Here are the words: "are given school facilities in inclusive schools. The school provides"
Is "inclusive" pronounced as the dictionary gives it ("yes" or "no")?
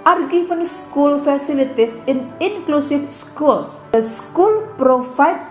no